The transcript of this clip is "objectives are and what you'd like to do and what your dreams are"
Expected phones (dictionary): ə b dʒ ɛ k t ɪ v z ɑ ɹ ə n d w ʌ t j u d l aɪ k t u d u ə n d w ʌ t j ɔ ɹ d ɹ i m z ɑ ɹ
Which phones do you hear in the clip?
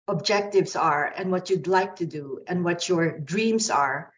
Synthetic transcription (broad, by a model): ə b dʒ ɛ k t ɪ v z ɑ ɹ ə n d w ʌ t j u d l aɪ k t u d u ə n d w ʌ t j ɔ ɹ d ɹ i m s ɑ ɹ